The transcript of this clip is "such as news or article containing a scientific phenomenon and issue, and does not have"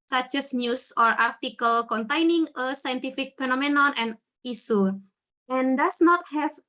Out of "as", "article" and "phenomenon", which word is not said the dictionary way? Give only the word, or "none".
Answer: as